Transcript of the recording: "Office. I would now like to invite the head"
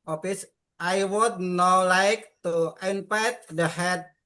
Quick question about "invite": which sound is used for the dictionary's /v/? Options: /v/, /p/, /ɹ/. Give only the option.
/p/